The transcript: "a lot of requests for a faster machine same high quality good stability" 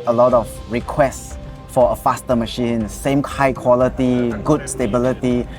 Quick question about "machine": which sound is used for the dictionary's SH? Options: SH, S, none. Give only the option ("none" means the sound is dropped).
SH